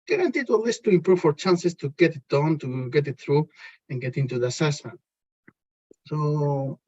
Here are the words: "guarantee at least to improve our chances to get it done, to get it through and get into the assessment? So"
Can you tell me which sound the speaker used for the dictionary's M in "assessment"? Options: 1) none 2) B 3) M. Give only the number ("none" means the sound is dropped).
1